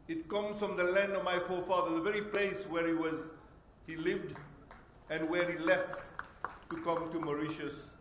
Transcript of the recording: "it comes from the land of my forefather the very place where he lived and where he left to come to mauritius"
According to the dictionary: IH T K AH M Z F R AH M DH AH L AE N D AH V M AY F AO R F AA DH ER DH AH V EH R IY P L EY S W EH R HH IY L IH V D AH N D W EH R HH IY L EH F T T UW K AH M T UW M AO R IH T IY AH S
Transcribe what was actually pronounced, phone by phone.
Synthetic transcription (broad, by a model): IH T K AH M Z F R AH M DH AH L AE N D AH V M AY F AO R F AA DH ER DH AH V EH R IY P L EY S W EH R HH IY L IH V D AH N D W EH R HH IY L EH F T T UW K AH M T UW M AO R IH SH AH S